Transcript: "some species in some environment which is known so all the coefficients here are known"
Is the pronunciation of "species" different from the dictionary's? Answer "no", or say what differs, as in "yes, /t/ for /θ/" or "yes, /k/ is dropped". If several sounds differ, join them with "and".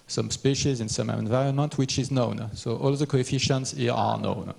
no